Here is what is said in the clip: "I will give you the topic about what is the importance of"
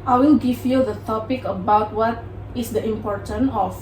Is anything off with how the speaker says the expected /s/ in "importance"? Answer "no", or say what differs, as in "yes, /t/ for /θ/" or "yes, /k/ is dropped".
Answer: yes, /s/ is dropped